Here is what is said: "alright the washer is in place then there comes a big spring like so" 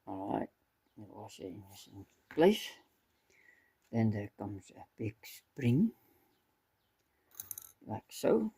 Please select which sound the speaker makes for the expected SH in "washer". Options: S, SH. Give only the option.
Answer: S